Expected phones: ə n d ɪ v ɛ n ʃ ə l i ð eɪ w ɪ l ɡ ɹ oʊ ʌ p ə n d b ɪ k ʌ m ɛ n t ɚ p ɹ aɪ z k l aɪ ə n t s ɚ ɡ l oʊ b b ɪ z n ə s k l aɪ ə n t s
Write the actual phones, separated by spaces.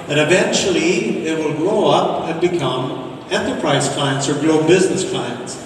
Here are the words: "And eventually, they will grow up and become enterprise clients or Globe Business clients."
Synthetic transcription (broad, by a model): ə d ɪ v ɛ n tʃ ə l i ð eɪ w ɪ l ɡ ɹ oʊ ʌ p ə n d b ɪ k ʌ m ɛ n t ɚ p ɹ aɪ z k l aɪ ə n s ɚ ɡ l oʊ b b ɪ z n ə s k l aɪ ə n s